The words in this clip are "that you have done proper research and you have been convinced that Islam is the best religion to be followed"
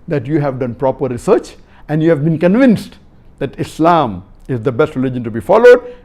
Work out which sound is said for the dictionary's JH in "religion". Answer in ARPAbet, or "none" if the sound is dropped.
JH